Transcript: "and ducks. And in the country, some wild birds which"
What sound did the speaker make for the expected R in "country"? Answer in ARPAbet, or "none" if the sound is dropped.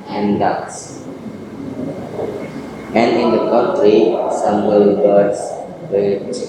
R